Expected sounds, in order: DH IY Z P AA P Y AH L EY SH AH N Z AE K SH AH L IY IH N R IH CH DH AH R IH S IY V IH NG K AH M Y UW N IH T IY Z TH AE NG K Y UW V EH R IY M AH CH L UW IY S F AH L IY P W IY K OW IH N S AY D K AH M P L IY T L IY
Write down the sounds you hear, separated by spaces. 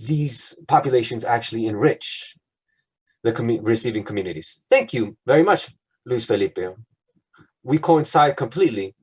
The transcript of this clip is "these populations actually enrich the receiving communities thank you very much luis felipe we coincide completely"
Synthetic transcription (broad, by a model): DH IY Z P AA P Y AH L EY SH AH N Z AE K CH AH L IY IH N R IH CH DH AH R IH S IY V IH NG K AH M Y UW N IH T IY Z TH AE NG K Y UW V EH R IY M AH CH L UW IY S F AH L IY P W IY K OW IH N S AY D K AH M P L IY T L IY